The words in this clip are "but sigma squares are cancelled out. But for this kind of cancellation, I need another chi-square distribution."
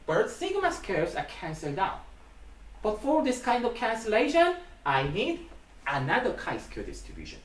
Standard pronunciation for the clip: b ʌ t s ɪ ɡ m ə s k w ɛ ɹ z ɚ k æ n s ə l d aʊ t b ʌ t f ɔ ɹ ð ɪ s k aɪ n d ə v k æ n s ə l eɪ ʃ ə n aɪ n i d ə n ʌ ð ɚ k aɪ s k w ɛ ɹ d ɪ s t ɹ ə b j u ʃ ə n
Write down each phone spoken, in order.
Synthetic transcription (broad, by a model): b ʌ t s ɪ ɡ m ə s k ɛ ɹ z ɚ k æ n s ə l d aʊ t b ʌ t f ɔ ɹ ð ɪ s k aɪ n d ə v k æ n s ə l eɪ ʃ ə n aɪ n i d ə n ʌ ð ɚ k aɪ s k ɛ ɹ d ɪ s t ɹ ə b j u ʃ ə n